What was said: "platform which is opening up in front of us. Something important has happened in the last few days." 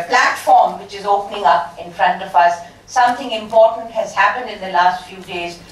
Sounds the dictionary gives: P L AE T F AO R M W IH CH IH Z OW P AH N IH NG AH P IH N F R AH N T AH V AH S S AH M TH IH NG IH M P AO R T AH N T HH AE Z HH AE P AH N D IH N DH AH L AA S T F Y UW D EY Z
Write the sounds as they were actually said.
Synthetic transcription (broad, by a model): P L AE T F AO R M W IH CH IH Z OW P AH N IH NG AH P IH N F R AH N T AH V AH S S AH M T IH NG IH M P AO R T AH N T HH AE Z HH AE P AH N D IH N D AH L AA S T F Y UW D EY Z